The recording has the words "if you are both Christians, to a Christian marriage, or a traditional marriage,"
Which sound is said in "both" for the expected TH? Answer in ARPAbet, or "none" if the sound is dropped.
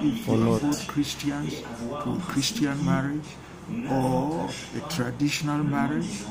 T